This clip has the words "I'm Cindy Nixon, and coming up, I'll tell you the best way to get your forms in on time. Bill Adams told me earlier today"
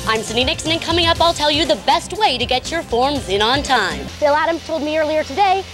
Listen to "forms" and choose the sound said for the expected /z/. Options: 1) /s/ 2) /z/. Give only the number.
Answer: 2